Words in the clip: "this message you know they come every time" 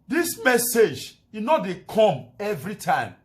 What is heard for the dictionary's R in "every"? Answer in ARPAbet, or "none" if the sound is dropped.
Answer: R